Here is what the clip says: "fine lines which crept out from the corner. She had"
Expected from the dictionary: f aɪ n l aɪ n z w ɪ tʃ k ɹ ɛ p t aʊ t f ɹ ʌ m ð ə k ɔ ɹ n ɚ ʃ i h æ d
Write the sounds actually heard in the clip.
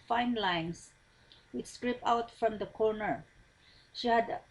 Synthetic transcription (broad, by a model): f aɪ n l aɪ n s w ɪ s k ɹ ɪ p aʊ t f ɹ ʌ m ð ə k ɔ ɹ n ɚ ʃ i h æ d